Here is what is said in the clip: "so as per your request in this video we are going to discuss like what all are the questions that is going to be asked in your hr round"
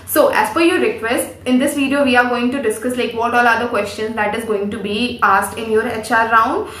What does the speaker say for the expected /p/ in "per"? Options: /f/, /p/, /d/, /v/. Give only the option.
/f/